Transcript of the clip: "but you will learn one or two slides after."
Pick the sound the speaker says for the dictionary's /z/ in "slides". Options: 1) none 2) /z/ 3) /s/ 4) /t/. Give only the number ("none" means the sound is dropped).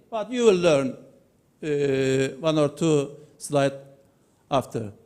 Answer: 1